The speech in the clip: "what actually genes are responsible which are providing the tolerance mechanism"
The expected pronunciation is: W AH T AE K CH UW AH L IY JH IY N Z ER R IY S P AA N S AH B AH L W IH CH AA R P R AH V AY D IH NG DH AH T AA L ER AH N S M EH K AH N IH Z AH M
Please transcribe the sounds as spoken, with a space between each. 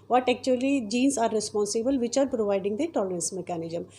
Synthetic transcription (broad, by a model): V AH T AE K CH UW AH L IY JH IY N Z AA R IY S P AA N S AH B AH L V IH CH AA R P R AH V AY D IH NG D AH T AA L ER AH N S M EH K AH N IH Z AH M